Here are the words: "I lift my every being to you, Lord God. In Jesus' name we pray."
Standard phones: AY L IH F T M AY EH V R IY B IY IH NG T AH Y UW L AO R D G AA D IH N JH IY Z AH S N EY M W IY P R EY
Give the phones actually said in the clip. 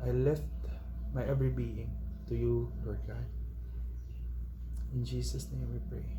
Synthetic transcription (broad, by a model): AY L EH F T M AY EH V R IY B IY IH NG T AH Y UW L AO R D G AA D IH N JH IY S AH S N EY M W IY P R EY